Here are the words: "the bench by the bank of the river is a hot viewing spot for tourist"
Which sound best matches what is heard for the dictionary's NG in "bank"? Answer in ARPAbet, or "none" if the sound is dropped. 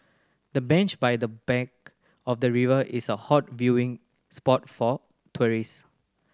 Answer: none